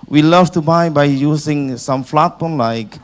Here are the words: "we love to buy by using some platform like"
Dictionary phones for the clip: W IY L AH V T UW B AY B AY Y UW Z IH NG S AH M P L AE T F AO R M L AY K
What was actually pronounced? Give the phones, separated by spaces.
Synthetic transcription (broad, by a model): W IY L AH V T UW B AY B AY Y UW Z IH NG S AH M F L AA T P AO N L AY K